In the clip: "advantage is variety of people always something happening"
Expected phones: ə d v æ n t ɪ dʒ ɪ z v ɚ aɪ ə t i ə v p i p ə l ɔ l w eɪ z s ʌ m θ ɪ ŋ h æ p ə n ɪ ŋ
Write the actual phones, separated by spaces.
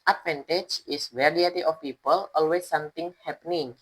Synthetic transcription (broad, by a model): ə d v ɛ n t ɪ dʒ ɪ s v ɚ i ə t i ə f p i p ə l ɔ l w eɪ s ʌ m t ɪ ŋ h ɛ p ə n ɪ ŋ